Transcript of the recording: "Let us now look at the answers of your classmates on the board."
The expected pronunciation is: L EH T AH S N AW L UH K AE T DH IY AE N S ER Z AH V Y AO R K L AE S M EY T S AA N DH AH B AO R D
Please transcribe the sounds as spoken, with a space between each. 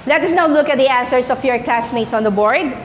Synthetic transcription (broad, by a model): L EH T AH S N AW L UH K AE T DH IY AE N S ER S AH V Y AO R K L AE S M EY T S AA N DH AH B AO R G